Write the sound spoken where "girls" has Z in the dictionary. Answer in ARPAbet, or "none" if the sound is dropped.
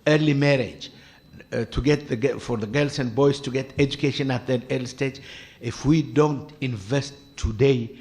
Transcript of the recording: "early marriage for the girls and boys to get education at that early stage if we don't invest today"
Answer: S